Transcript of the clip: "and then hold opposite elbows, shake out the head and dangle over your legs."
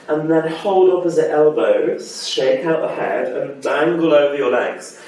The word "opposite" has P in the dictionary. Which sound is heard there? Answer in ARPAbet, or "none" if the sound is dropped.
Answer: F